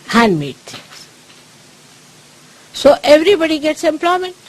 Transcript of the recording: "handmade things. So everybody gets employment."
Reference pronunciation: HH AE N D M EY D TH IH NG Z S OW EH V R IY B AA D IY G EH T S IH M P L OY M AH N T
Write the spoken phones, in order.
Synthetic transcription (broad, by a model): HH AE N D M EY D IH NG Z S OW EH V R IY B AA D IY G EH T S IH M P L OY M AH N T